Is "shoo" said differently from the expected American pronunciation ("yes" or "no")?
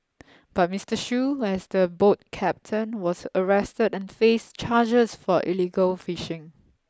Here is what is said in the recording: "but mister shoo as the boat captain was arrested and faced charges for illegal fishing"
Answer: no